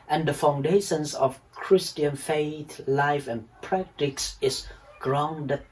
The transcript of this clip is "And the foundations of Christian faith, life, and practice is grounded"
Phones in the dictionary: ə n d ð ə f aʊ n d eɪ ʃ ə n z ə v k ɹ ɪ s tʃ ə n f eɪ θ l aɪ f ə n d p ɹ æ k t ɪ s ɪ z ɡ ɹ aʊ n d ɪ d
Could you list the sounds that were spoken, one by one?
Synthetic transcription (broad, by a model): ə n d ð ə f aʊ n d eɪ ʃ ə n s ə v k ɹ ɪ s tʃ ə n f eɪ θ l aɪ f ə n p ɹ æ k t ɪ s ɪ s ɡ ɹ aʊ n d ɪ